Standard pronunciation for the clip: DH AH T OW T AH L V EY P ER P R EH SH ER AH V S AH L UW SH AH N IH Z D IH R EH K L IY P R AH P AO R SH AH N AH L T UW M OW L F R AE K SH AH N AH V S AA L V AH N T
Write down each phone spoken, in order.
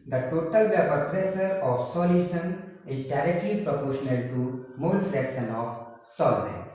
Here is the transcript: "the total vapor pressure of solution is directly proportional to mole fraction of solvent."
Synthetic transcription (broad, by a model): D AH T OW T AH L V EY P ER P R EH S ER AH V S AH L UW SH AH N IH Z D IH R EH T L IY P R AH P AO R SH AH N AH L T UW M OW L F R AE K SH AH N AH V S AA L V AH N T